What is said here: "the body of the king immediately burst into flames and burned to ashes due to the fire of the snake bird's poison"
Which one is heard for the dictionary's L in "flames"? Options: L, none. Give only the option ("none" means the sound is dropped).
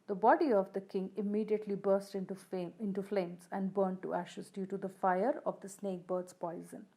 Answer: L